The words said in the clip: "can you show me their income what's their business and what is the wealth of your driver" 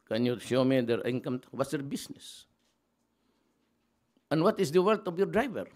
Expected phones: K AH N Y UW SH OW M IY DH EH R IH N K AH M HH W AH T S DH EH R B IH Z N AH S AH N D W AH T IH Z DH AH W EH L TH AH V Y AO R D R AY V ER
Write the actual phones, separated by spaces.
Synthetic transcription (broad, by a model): K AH N Y UW SH OW M IY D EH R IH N K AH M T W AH T S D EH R B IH S N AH S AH N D W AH T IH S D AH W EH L T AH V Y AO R D R AY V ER